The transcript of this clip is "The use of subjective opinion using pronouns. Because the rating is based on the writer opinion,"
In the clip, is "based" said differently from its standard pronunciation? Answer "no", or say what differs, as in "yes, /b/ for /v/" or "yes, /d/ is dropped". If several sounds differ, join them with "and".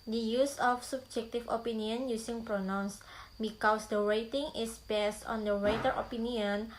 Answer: no